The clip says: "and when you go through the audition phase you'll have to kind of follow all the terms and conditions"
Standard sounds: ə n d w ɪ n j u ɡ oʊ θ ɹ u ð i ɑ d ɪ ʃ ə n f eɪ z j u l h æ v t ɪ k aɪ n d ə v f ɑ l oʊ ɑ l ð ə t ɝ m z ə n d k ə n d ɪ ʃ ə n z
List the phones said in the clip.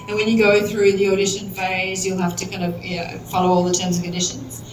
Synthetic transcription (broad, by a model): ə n w ɪ n j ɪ ɡ oʊ θ ɹ u ð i ɑ d ɪ ʃ ə n f eɪ z j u l h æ f t ɪ k aɪ n d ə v f ɑ l oʊ ɑ l ð ə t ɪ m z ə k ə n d ɪ ʃ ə n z